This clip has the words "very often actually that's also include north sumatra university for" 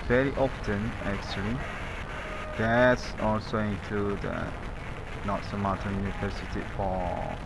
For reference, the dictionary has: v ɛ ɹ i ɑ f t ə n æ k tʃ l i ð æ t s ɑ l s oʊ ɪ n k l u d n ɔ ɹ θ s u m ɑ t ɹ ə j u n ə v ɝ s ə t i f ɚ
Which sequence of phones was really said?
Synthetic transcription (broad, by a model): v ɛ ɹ i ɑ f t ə n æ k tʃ l i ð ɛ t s ɑ l s oʊ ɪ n k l u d n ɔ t s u m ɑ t ə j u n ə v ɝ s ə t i f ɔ